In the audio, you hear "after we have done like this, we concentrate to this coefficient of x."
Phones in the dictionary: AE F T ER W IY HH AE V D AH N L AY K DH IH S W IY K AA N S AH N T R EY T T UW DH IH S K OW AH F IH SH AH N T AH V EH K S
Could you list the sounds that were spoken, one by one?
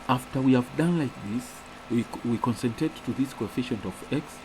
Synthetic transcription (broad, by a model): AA F T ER W IY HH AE V D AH N L AY K DH IH S W IY K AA N S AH N T EY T T UW DH IH S K OW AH F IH SH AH N T AH V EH K S